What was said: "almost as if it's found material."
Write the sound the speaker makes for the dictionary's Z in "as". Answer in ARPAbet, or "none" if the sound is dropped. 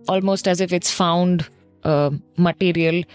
Z